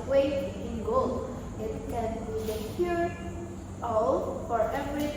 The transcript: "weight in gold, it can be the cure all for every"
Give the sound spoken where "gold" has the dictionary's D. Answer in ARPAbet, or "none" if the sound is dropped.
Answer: none